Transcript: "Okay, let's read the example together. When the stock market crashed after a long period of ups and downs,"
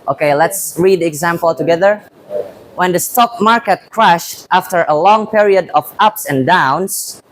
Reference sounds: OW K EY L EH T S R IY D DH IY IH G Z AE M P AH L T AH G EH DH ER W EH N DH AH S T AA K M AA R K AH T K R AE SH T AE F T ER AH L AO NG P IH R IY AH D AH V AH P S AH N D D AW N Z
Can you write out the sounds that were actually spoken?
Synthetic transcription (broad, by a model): OW K EY L EH T S R IY D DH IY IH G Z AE M P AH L T AH G EH DH ER W EH N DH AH S T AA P M AA R K AH T K R AE SH T AE F T ER AH L AO NG P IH R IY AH D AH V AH P S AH N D D AW N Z